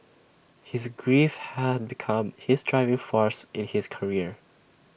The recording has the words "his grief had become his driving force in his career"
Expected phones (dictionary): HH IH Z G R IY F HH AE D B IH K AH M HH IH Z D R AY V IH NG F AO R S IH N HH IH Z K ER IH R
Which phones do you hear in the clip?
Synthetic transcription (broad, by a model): HH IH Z G R IY F HH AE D B IH K AH M HH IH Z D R AY V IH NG F AO R S IH N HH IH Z K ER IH R